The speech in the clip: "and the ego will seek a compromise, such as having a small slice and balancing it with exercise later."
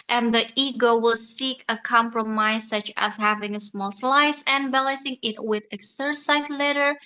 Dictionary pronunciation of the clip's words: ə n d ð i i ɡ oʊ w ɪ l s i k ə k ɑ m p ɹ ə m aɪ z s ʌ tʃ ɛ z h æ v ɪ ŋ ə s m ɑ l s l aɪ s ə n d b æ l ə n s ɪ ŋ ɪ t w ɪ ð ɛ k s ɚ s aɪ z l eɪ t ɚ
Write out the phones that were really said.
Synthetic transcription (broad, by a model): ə n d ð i i ɡ oʊ w ɪ l s i k ə k ɑ m p ɹ ə m aɪ z s ʌ tʃ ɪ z h æ v ɪ ŋ ə s m ɑ l s l aɪ s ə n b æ l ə s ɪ ŋ ɪ t w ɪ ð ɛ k s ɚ s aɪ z l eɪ t ɚ